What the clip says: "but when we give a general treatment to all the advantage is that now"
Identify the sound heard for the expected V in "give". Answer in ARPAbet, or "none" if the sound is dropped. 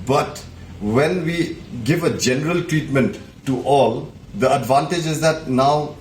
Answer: V